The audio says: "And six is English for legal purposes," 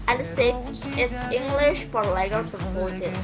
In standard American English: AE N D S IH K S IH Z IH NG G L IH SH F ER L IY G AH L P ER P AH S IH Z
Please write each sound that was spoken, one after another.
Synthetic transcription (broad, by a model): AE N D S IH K IH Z IH NG G L IH SH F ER L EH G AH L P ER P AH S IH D